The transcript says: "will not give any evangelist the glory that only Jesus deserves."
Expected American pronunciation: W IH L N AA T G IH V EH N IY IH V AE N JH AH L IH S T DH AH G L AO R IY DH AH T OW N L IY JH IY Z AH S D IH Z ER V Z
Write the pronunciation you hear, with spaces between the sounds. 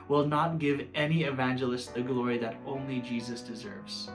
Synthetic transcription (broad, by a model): W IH L N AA T G IH V EH N IY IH V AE N JH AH L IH S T DH AH G L AO R IY DH AH T OW N L IY JH IY Z AH S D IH Z ER V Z